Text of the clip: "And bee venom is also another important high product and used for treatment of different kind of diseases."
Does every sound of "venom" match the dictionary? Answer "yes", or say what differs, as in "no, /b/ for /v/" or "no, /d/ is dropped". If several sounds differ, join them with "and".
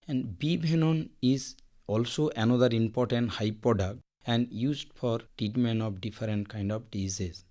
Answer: no, /b/ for /v/